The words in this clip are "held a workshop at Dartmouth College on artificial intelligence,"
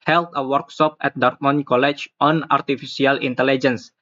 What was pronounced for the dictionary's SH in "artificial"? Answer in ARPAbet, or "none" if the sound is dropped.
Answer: S